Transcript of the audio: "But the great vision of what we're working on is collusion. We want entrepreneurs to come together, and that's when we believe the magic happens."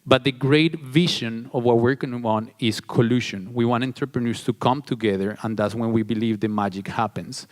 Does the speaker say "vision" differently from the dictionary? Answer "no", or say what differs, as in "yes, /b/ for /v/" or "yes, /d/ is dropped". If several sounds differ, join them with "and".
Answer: yes, /ʃ/ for /ʒ/